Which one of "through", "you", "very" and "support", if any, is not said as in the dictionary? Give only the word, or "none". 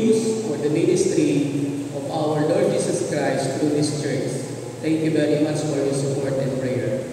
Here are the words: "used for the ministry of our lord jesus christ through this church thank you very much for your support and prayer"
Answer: through